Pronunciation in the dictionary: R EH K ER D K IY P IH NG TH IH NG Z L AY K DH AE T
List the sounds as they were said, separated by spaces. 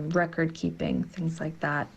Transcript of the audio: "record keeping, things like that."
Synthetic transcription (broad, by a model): R EH K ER D K IY P IH NG TH IH NG Z L AY K DH AE T